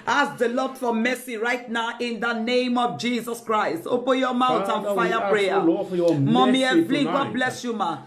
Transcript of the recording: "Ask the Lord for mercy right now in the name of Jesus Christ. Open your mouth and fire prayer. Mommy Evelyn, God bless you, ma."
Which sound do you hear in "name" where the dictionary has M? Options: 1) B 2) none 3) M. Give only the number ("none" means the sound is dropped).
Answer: 3